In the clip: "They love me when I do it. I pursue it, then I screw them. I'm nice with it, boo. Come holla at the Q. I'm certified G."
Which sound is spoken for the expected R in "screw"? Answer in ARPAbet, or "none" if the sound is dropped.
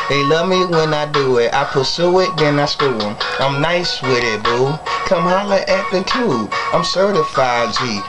none